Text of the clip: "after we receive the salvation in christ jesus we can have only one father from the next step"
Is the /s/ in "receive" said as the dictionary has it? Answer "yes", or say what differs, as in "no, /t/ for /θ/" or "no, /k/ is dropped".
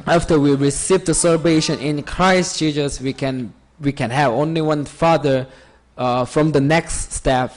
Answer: yes